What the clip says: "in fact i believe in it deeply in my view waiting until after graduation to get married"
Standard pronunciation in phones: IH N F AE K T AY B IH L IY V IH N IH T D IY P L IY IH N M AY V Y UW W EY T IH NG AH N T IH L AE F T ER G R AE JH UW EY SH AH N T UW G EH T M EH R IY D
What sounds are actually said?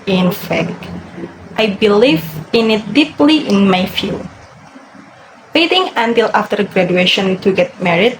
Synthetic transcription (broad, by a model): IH N F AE K T AY B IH L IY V IH N IH T D IY P L IY IH N M AY F Y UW W EY T IH NG AH N T IH L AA F T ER G R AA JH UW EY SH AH N T UW G EH T M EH R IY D